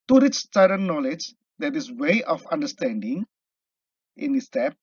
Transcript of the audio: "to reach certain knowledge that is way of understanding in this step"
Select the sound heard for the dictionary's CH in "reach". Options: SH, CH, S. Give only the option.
S